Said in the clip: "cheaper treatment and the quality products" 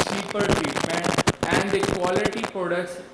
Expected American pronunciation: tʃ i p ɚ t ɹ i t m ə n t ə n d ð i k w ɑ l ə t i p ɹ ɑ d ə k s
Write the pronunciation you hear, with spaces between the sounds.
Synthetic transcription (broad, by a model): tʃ i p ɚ t ɹ i t m ə n t ə n d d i k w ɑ l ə t i p ɹ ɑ d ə k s